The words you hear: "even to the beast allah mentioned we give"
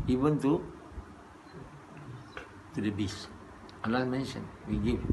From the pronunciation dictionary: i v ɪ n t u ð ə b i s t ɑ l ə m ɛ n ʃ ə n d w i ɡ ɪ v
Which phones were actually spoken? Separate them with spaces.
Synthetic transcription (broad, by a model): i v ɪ n t u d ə b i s ɑ l ə m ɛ n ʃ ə n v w i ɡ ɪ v